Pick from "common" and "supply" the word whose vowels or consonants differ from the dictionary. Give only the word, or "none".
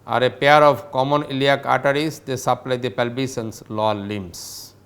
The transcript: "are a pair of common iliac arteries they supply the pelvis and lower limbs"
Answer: none